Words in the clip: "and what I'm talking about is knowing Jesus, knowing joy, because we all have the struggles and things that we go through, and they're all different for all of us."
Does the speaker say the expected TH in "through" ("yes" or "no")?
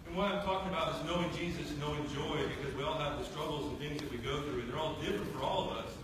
yes